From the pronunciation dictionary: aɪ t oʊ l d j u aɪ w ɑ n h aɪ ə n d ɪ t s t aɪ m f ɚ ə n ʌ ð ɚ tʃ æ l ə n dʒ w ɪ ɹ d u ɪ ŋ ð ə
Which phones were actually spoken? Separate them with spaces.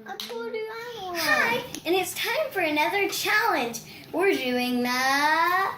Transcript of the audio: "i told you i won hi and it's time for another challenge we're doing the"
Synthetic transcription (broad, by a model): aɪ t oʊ d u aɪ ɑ h aɪ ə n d ɪ t s t aɪ m f ɚ ə n ʌ ð ɚ tʃ æ l ə n dʒ w ɪ ɹ d u ɪ ŋ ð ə